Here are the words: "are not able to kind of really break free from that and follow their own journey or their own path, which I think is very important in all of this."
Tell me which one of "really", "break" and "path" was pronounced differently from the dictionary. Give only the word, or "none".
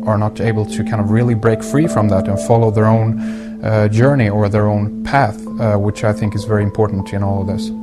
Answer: none